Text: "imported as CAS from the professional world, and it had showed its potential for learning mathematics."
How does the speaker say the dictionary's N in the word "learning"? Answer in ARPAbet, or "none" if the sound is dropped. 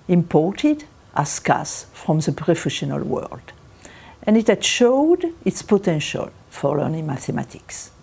N